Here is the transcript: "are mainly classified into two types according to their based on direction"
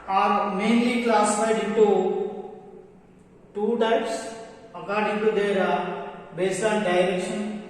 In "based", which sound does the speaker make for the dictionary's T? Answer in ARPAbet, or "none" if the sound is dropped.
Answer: none